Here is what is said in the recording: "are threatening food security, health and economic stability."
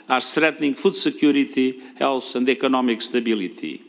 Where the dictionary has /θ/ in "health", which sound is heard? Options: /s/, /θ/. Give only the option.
/s/